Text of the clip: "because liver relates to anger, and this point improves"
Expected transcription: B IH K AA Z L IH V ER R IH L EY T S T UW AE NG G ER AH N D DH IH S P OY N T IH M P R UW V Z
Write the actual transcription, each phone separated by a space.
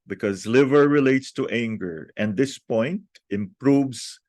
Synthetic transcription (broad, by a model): B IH K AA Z L IH V ER R IH L EY T S T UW AE NG G ER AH N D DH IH S P OY N T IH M P R UW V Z